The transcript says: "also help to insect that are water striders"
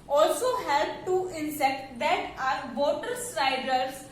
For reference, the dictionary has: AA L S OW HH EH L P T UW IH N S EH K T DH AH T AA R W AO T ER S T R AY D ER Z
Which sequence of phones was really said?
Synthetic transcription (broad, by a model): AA L S OW HH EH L B T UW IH N S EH K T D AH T AA R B AO T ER S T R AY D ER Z